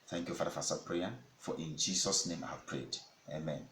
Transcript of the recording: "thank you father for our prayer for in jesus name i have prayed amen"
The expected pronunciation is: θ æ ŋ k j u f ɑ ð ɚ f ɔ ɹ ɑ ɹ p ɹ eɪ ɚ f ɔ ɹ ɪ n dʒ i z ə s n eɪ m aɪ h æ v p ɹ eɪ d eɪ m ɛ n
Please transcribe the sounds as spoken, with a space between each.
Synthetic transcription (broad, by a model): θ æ ŋ k j u f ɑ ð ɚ f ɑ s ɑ p ɹ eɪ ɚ f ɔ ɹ ɪ n dʒ i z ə s n eɪ m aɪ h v p ɹ eɪ d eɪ m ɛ n